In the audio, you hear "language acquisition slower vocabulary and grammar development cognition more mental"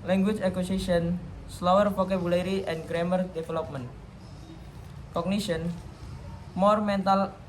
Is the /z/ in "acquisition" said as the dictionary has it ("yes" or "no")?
no